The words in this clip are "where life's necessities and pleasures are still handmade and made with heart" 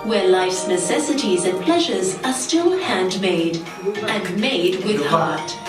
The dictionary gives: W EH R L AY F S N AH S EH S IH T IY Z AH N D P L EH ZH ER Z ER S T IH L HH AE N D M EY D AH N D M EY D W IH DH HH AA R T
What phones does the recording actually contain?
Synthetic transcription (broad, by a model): W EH R L AY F S N AH S EH S IH T IY Z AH N P L EH ZH ER Z ER S T IH L HH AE N D M EY D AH N M EY D W IH DH HH AA R T